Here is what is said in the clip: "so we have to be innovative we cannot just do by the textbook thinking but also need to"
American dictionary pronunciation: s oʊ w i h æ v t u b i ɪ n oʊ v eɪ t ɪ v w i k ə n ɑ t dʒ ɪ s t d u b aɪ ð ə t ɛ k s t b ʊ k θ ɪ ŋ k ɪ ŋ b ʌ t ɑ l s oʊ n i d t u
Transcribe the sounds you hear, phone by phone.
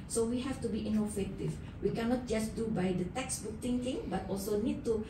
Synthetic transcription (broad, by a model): s oʊ w i h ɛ f t u b i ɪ n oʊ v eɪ t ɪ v w i k ə n ɑ t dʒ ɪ s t d u b aɪ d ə t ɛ k s b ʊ k t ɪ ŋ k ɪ ŋ b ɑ t ɑ l s oʊ n i d t u